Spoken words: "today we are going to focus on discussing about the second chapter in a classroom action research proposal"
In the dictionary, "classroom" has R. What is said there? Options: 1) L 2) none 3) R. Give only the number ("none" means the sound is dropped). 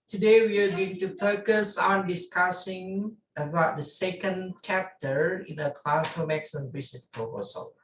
2